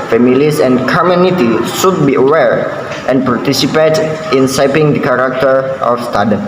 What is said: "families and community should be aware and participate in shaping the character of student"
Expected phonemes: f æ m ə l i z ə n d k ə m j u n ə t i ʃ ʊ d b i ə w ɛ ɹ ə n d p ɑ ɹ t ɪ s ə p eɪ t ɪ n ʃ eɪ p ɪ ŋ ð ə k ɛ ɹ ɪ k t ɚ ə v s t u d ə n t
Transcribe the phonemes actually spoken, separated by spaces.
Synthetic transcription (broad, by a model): f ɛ m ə l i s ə n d k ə m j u n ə t i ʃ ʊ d b i ə w ɛ ɹ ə n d p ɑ ɹ t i s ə p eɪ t ɪ n s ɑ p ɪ ŋ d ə k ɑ ɹ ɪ k t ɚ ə f s t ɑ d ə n